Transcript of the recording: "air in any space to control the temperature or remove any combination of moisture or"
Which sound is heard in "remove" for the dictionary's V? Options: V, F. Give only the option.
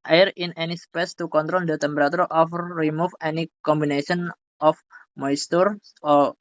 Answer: F